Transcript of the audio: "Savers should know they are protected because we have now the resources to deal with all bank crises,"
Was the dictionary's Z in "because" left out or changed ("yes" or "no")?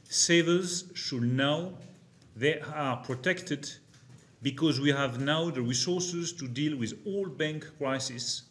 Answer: no